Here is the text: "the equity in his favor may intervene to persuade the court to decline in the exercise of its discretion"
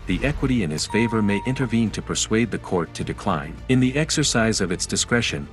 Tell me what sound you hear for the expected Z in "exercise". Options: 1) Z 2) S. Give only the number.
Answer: 1